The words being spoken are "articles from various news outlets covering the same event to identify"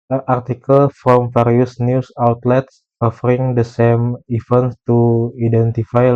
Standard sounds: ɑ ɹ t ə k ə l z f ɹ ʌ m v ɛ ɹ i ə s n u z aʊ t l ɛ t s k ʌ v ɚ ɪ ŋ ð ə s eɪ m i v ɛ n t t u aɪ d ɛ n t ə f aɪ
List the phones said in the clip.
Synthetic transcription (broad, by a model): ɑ ɹ t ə k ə l f ɹ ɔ m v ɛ ɹ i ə s n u s aʊ t l ɛ t s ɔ f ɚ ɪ ŋ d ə s eɪ m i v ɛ n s t u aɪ d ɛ n t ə f aɪ